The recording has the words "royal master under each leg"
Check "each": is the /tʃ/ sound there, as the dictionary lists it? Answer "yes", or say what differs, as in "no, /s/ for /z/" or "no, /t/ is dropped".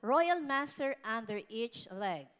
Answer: yes